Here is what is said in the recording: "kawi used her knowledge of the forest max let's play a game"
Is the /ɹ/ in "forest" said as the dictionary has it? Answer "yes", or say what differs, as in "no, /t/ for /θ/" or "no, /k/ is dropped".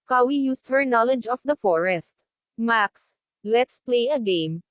yes